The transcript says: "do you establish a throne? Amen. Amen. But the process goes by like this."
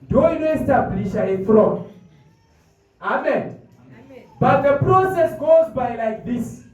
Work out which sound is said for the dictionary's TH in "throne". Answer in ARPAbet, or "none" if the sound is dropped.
F